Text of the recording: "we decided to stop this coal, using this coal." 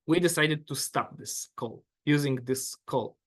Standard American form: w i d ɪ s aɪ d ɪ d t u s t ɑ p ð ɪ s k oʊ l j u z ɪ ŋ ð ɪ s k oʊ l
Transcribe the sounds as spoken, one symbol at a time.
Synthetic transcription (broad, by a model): w i d ɪ s aɪ d ɪ d t u s t ɑ p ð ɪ s k oʊ l j u z ɪ ŋ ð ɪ s k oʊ l